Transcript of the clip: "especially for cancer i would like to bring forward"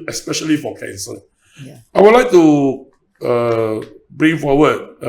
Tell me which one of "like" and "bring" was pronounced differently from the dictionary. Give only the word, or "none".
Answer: none